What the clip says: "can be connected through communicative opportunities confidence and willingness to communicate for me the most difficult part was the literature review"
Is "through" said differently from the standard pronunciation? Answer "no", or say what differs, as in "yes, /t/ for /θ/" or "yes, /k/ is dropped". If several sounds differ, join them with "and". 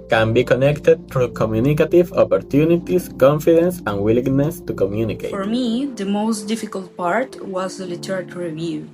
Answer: yes, /t/ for /θ/